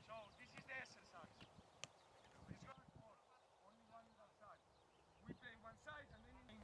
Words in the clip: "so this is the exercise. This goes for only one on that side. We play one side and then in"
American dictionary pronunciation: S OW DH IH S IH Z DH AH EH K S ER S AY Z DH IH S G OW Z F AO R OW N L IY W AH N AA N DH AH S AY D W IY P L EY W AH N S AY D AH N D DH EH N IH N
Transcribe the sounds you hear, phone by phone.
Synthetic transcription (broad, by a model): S OW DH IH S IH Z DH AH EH K S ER S AY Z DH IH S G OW F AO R OW N L IY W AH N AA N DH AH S AY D W IY P L EY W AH N S AY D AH N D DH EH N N